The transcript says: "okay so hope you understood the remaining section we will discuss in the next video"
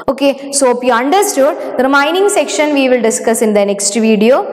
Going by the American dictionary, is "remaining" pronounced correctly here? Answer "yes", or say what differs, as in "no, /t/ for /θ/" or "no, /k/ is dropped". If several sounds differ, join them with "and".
no, /m/ is dropped